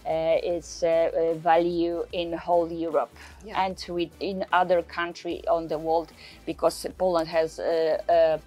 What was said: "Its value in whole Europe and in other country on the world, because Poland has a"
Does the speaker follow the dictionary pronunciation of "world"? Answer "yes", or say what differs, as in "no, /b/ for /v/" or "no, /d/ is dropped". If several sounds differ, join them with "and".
yes